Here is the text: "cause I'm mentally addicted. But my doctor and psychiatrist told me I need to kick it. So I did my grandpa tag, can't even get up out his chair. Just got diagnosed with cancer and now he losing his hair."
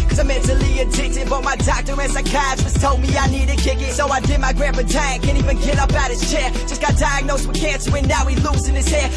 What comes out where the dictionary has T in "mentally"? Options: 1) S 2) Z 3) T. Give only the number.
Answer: 1